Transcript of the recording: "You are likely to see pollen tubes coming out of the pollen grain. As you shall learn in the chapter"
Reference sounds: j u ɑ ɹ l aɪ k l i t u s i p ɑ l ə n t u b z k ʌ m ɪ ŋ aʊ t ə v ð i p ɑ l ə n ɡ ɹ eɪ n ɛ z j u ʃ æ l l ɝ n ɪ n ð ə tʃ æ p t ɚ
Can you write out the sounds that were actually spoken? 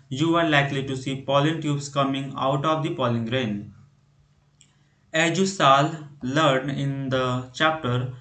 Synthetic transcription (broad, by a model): j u ɑ ɹ l aɪ k l i t u s i p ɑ l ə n t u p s k ʌ m ɪ ŋ aʊ t ə v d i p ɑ l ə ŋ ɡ ɹ eɪ n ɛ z j u s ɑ l l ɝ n ɪ n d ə tʃ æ p t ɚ